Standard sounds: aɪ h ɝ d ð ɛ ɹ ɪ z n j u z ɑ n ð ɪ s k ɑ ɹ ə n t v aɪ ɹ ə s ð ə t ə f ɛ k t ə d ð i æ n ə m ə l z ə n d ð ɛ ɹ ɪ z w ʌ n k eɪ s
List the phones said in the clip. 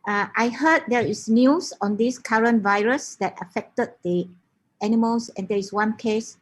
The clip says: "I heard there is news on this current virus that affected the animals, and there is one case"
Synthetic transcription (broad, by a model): aɪ h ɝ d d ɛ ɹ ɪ s n j u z ɑ n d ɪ s k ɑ ɹ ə n v aɪ ɹ ə s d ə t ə f ɛ k t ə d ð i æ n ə m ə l s ə n d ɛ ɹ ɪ s w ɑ n k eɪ s